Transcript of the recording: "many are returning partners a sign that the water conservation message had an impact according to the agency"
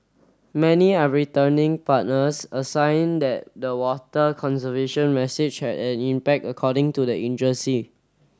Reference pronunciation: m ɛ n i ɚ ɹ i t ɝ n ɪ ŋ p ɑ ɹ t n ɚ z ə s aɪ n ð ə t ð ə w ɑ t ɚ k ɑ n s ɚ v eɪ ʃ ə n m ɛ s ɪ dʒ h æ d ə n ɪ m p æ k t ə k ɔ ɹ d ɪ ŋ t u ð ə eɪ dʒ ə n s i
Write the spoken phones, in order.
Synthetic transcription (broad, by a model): m ɛ n i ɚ ɹ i t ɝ n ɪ ŋ p ɑ t n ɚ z ə s aɪ n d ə t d ə w ɑ t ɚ k ɑ n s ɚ v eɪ ʃ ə n m ɛ s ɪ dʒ h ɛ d ə n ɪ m p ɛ k t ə k ɔ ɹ d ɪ ŋ t u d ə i dʒ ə s i